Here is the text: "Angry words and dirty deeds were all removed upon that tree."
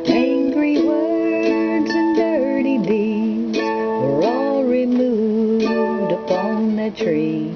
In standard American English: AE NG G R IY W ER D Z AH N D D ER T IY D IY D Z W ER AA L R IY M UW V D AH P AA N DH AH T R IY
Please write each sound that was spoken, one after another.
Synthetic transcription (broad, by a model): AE NG G R IY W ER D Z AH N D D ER T IY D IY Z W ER AA L R IY M UW V D AH P AA N DH AH T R IY